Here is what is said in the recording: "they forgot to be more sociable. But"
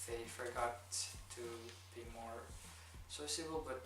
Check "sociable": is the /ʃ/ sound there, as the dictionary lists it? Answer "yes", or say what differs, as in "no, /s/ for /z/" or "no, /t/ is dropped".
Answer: no, /s/ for /ʃ/